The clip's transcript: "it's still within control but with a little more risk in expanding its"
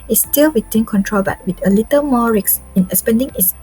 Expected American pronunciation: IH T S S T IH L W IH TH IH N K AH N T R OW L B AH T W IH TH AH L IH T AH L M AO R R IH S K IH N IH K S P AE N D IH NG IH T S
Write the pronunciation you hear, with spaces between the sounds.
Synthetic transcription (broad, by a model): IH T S S T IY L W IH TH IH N K AH N T R OW L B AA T W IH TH AH L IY T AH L M AO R R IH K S IH N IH S P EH N D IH NG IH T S